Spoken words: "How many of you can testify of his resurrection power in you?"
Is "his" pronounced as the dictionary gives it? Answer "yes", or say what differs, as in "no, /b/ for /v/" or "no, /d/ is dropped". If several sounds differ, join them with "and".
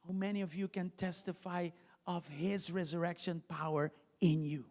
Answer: yes